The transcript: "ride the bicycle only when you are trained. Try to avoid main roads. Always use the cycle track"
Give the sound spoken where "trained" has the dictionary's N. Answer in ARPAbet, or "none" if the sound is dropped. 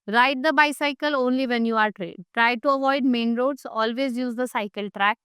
none